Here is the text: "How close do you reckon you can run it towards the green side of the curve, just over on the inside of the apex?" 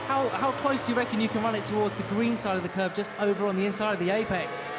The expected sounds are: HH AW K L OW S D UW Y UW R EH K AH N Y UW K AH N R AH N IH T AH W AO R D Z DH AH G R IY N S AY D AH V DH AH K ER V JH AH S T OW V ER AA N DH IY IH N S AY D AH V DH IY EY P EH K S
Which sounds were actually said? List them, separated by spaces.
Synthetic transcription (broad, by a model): HH AW K L OW S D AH Y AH R EH K AH N Y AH K AH N R AH N IH T AH W AO D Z DH AH G R IY N S AY D AH V DH AH K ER B JH AH S T OW V ER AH N DH IY IH N S AY D AH V DH IY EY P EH K S